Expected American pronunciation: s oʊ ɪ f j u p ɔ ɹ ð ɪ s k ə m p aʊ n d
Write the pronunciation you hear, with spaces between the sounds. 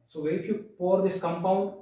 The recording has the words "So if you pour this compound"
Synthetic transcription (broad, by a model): s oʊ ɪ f j u p ɔ ɹ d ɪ s k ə m p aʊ n d